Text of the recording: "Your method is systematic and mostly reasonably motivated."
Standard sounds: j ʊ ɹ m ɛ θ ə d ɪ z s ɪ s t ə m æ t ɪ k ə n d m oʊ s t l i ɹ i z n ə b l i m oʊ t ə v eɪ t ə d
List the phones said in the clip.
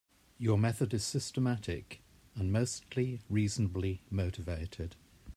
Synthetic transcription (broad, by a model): j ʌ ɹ m ɛ θ ə d ɪ z s ɪ s t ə m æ t ɪ k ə n m oʊ s t l i ɹ i z n ə b l i m oʊ t ə v eɪ t ə d